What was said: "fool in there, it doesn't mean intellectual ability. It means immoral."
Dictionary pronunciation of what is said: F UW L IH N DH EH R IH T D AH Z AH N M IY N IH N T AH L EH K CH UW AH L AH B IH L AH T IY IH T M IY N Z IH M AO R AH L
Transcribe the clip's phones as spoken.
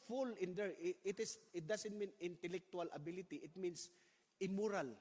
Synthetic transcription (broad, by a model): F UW L IH N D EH R IH T D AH S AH N M IY N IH N T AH L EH K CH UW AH L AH B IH L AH T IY IH T M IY N S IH M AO R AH L